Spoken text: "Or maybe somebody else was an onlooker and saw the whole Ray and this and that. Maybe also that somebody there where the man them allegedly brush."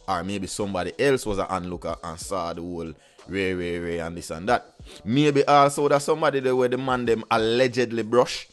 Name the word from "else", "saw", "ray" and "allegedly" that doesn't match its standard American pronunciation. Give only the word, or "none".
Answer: none